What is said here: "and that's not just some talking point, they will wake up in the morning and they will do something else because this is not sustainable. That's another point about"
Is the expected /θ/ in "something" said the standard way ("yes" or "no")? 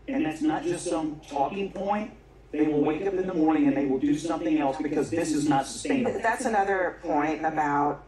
yes